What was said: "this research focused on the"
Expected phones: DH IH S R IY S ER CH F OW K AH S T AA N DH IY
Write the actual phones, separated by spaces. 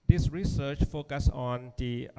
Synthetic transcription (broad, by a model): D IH S R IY S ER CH F OW K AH S AA N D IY